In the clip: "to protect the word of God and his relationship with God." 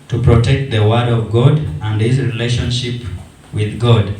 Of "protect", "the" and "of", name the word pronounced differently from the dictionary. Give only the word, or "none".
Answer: none